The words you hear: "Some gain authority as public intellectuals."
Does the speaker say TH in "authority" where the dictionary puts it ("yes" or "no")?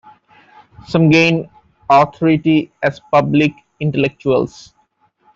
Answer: no